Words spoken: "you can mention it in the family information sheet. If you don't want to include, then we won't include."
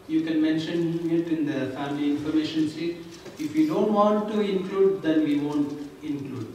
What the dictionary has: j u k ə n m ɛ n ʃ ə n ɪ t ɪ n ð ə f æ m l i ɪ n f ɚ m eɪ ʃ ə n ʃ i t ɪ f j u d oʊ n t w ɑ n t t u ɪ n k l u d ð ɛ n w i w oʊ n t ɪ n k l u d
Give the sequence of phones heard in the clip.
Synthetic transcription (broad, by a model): j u k ə n m ɛ n ʃ ə n ɪ t ɪ n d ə f æ m l i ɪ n f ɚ m eɪ ʃ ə n s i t ɪ f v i d oʊ n t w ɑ n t t u ɪ n k l u d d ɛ n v i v oʊ n t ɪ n k l u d